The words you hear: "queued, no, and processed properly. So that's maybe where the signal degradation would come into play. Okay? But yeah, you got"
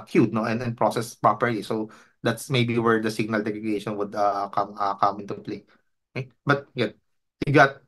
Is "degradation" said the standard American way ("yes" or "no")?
no